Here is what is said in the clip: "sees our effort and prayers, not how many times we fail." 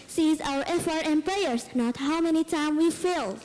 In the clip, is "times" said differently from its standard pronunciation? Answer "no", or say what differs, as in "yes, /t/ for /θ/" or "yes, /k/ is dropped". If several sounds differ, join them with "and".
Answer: yes, /z/ is dropped